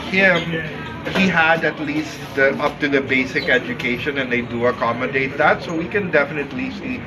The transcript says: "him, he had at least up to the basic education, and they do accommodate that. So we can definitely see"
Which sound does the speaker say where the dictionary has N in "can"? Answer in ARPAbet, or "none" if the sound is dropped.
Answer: N